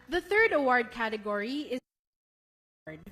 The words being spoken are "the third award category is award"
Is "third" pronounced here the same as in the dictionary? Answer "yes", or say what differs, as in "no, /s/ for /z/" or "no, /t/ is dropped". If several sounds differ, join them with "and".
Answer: yes